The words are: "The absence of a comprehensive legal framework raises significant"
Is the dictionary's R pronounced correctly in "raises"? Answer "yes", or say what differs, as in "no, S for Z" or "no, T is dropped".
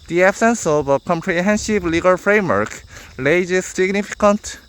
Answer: no, L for R